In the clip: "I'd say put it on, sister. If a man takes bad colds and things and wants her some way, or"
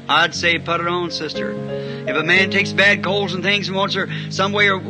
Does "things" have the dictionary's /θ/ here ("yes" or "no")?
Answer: yes